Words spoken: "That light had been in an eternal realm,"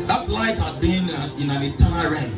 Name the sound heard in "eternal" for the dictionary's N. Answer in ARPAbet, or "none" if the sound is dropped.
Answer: none